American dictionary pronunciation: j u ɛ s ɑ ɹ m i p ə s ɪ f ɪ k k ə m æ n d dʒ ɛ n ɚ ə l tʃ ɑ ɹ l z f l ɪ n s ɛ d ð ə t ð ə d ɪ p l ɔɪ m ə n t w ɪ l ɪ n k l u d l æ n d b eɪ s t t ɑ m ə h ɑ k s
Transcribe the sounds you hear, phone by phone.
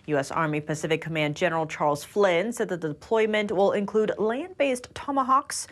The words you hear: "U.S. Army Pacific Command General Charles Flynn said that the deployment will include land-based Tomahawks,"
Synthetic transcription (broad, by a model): j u ɛ s ɑ ɹ m i p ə s ɪ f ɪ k k ə m æ n d dʒ ɛ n ɚ l tʃ ɑ ɹ l z f l ɪ n s ɛ d ð ə t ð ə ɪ p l ɔɪ m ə n t w ɪ l ɪ n k l u d l æ n d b eɪ s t t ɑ m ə h ɑ k s